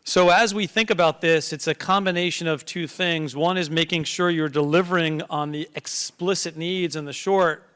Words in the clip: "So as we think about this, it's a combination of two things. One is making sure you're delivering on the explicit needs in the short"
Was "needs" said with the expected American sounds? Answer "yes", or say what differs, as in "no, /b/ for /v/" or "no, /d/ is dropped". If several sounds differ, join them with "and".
yes